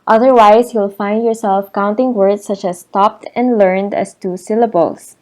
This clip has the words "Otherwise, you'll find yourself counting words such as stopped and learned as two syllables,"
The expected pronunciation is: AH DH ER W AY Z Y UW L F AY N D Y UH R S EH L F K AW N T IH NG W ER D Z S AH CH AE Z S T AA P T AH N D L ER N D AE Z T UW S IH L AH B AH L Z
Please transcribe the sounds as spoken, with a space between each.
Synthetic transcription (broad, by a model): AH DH ER W AY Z Y UW L F AY N D Y UH R S EH L F K AW N T IH NG W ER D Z S AH CH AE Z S T AA P T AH N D L ER N D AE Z T UW S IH L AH B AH L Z